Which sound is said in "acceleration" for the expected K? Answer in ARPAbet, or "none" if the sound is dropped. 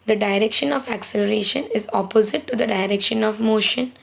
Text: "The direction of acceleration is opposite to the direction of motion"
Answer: K